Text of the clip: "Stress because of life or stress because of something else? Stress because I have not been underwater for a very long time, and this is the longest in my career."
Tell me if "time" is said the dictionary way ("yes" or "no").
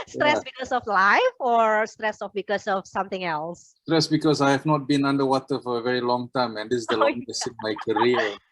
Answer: yes